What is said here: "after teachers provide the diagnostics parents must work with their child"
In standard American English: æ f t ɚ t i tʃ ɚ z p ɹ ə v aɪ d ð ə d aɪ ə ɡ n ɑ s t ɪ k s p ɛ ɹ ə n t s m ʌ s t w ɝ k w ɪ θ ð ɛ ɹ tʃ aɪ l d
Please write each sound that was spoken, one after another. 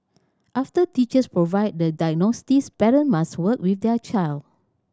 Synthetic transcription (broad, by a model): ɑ f t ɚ t i tʃ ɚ s p ɹ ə v aɪ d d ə d aɪ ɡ n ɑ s t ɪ s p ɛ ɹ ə n m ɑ s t w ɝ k w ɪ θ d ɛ tʃ aɪ l d